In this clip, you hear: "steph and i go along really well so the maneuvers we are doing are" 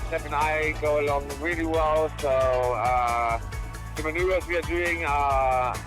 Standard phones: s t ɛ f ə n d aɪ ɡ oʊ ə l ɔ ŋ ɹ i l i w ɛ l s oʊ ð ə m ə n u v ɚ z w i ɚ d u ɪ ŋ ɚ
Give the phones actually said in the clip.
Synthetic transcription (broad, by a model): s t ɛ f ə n aɪ ɡ oʊ ə l ɔ ŋ ɹ i l i w ɛ l s oʊ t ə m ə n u ɚ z w i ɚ d u ɪ ŋ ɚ